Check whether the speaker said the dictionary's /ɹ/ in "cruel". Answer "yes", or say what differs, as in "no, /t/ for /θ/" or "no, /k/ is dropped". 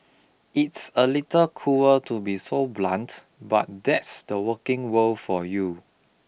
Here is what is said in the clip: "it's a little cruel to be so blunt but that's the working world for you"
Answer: no, /ɹ/ is dropped